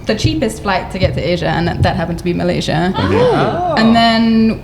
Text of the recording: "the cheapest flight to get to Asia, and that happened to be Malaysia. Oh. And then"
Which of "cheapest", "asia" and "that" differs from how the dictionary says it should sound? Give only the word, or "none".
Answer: none